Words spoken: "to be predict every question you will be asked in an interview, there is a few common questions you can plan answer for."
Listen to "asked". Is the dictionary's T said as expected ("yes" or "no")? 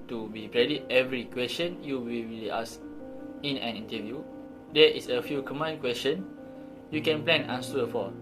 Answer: no